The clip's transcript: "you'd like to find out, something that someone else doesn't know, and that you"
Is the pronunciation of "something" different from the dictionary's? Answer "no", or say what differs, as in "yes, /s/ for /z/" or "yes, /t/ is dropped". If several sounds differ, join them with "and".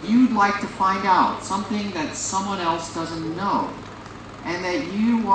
no